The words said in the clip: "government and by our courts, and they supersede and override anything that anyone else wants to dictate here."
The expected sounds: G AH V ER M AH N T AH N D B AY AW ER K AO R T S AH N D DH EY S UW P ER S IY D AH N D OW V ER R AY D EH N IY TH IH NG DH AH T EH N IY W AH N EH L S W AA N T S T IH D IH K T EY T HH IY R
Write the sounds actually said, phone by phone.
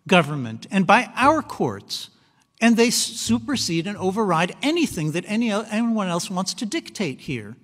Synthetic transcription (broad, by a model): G AH V ER M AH N T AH N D B AY AW ER K AO R T S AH N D DH EY S UW P ER S IY D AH N OW V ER R AY D EH N IY TH IH NG DH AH T EH N IY W AH N EH L S W AA N T S T IH D IH K T EY T HH IY R